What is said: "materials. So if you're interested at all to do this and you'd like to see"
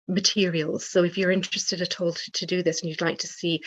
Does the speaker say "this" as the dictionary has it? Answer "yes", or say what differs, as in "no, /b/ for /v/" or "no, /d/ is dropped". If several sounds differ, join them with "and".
yes